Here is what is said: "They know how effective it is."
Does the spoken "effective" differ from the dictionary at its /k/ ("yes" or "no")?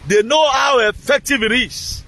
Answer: no